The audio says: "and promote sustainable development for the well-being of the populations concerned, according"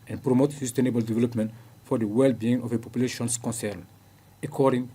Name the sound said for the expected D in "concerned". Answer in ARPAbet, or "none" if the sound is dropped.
none